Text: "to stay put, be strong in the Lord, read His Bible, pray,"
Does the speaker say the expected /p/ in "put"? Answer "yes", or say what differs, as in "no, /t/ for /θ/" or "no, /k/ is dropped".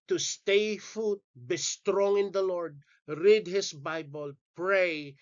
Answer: no, /f/ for /p/